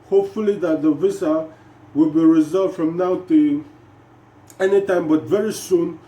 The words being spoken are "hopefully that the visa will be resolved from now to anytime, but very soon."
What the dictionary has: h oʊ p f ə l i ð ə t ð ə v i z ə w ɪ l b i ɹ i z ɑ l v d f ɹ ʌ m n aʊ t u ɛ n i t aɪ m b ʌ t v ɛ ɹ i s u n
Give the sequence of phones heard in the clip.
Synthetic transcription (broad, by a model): h oʊ p f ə l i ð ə t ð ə v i s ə w ɪ l b i ɹ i z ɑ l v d f ɹ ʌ m n aʊ t u ɛ n i t aɪ m b ʌ t v ɛ ɹ i s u n